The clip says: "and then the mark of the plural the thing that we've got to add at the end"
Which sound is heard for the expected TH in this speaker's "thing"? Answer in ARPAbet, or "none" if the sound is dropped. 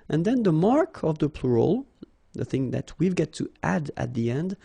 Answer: TH